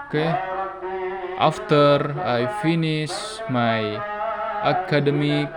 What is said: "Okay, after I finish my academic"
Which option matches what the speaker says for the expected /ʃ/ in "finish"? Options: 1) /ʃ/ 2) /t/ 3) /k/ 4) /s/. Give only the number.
4